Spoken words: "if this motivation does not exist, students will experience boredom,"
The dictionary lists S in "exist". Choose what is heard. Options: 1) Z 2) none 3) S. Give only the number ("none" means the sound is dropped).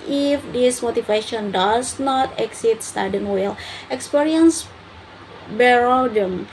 2